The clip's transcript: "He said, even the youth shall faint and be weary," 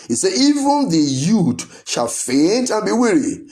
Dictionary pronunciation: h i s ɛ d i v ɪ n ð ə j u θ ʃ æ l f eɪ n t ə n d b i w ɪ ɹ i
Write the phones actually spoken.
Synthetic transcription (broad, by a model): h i s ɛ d i v ɪ n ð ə j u t ʃ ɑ l f eɪ n t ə n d b i w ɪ ɹ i